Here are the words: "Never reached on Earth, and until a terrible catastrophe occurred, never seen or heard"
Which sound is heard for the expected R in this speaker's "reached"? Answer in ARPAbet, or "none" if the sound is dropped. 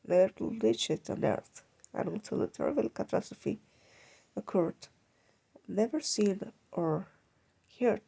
L